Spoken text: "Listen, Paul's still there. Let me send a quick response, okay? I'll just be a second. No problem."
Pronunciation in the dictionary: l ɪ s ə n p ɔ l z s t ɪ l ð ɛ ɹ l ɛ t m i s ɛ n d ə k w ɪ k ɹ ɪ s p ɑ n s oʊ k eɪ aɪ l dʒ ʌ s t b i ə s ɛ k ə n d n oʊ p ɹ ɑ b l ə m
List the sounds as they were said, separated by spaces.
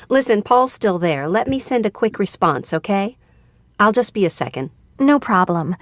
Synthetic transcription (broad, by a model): l ɪ s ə n p ɔ l z s t ɪ l ð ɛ ɹ l ɛ t m i s ɛ n d ə k w ɪ k ɹ ɪ s p ɑ n s oʊ k eɪ aɪ l dʒ ʌ s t b i ə s ɛ k ə n d n oʊ p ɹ ɑ b l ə m